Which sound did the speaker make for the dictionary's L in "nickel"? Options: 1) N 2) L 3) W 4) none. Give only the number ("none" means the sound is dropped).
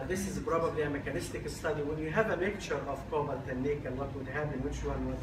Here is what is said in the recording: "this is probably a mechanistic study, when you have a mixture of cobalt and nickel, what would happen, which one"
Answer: 1